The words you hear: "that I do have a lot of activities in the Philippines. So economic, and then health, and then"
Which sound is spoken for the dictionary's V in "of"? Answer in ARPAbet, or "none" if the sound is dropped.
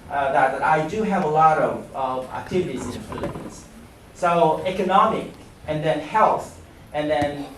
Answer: V